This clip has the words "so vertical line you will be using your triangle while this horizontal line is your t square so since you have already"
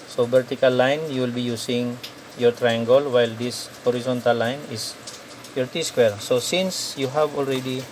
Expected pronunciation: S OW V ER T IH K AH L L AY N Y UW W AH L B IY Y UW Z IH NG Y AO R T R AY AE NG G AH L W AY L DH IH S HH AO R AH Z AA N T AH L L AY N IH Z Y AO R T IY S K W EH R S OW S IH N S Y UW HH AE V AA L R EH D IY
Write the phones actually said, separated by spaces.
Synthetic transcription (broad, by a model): S OW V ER T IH K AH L L AY N Y UW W L B IY Y UW S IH NG Y AO R T R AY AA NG G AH L W AY L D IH S HH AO R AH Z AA N T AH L L AY N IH S Y AO R T IY S K W EH R S OW S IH N S Y UW HH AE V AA L R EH D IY